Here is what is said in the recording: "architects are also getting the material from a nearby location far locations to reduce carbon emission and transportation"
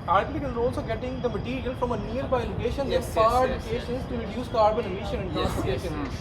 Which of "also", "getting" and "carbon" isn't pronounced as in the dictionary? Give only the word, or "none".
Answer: none